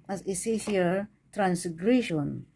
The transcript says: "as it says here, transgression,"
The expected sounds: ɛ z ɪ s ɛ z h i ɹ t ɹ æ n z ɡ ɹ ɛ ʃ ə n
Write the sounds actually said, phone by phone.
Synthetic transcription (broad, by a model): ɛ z ɪ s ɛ h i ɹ t ɹ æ n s ɡ ɹ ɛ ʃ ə n